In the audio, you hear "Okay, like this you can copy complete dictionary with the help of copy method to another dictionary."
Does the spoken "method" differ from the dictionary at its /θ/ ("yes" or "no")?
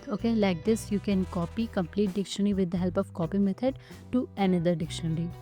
yes